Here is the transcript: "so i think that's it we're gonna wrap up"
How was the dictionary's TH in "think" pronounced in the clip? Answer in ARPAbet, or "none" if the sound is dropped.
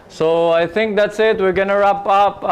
T